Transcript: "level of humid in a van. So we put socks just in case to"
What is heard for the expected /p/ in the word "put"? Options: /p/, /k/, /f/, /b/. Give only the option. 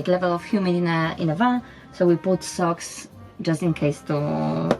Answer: /b/